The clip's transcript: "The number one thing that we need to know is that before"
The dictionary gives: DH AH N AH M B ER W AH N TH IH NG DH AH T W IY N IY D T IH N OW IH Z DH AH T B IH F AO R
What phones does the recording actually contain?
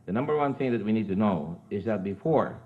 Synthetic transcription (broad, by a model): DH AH N AH M B ER W AH N TH IH NG DH AH T W IY N IY D T IH N OW IH Z DH AH T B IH F AO R